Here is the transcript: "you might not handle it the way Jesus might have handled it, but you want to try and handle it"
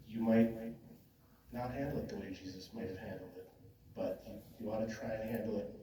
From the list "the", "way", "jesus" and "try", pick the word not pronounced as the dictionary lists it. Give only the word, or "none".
none